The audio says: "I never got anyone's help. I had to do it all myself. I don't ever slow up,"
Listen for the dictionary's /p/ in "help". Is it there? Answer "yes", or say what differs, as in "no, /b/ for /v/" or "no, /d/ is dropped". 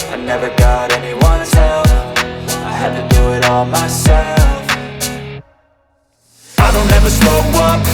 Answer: no, /f/ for /p/